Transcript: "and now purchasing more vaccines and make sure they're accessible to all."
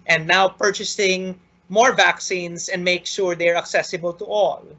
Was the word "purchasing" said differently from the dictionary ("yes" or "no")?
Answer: no